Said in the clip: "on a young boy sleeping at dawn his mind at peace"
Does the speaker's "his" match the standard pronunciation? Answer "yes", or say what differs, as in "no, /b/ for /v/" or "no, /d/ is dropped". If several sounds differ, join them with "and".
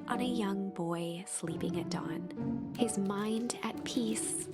yes